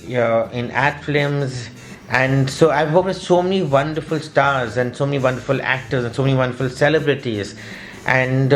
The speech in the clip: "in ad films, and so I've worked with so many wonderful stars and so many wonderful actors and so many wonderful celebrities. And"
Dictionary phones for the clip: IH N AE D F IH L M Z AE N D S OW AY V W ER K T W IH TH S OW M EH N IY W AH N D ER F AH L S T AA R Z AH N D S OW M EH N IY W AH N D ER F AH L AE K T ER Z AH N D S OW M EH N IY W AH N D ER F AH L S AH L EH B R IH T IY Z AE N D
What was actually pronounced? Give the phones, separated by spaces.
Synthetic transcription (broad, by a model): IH N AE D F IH M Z AE N D S OW AY V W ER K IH S OW M EH N IY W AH N D ER F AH L S T AA R Z AH N D S OW M EH N IY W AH N D ER F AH L AE K T ER Z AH N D S OW M EH N IY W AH N D ER F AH L S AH L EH B R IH T IY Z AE N D